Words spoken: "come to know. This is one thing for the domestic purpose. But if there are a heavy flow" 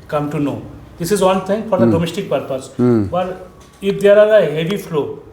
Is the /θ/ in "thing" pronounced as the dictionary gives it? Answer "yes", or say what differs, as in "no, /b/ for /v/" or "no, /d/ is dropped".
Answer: no, /t/ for /θ/